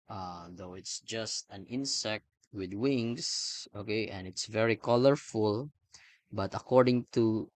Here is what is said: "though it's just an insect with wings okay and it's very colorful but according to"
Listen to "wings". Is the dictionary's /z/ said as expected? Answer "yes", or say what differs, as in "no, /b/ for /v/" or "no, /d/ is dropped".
no, /s/ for /z/